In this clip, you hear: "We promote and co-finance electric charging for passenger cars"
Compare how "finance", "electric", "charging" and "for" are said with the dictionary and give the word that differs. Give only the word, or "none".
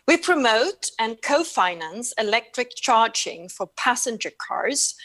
none